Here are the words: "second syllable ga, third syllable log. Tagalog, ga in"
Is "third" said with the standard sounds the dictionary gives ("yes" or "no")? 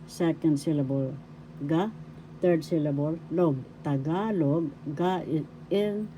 no